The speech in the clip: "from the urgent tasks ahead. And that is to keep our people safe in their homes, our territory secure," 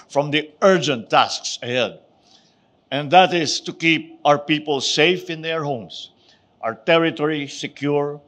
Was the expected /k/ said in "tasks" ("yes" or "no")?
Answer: yes